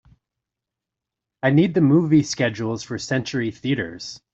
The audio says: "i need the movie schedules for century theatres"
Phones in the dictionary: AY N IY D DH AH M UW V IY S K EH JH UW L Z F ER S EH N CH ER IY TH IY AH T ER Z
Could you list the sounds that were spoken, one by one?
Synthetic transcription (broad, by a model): AY N IY D DH AH M UW V IY S K EH JH UW L Z F ER S EH N CH ER IY TH IY AH T ER Z